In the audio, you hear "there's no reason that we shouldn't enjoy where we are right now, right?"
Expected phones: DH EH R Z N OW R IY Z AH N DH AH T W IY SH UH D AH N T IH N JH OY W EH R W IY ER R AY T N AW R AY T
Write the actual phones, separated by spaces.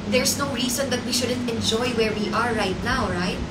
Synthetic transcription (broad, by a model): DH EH R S N OW R IY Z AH N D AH T W IY SH UH D AH N T IH N JH OY W EH R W IY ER R AY T N AW R AY T